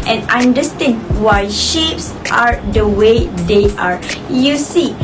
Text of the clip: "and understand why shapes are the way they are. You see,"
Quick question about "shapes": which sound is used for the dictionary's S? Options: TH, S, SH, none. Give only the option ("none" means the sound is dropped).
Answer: S